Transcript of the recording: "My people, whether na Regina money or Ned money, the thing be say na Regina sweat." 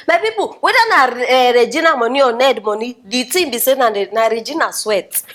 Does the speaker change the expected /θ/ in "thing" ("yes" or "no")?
yes